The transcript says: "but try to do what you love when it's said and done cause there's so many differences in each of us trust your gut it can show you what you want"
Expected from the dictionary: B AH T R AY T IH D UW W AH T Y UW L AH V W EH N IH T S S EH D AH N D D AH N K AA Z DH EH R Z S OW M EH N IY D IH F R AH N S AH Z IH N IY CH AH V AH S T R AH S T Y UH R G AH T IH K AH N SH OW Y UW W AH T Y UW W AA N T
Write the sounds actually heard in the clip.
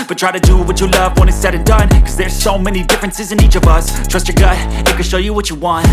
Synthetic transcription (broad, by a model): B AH T R AY T IH D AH W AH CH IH L AH V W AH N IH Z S S EH D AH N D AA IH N K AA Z DH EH R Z S OW M EH N IY D IH F R AH N S AH Z IH N IY CH AH V AH S T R AH S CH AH R G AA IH IH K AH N SH OW Y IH W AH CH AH W AA N T